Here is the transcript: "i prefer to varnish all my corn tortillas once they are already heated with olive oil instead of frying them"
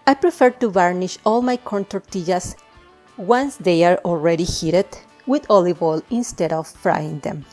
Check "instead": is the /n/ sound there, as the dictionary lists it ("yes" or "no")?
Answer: yes